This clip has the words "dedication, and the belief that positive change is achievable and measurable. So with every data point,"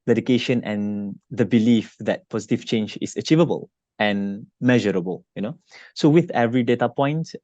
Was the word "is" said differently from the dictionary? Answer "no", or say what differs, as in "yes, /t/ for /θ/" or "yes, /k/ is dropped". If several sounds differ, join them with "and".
yes, /s/ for /z/